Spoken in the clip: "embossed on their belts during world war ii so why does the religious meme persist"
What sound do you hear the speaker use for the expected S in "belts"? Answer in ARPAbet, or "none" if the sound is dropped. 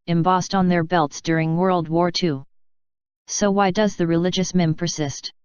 S